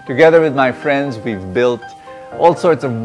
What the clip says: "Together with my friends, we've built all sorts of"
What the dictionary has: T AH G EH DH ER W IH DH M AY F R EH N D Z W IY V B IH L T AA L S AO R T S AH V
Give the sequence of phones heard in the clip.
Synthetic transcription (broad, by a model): T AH G EH DH ER W IH DH M AY F R EH N D Z W IY V B IH L T AA L S AO R T S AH V